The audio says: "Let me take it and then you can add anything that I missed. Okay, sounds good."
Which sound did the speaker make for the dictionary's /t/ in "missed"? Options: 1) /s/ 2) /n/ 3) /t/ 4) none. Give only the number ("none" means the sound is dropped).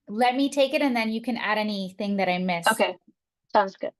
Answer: 4